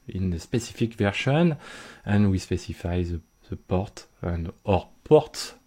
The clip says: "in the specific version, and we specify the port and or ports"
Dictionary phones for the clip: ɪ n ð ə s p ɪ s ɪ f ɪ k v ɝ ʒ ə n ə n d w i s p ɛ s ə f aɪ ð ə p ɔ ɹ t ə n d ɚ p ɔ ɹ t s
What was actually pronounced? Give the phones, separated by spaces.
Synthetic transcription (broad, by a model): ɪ n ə s p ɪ s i f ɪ k v ɝ ʃ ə n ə n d w i s p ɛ s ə f aɪ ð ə p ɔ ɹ t ə n d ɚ p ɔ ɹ t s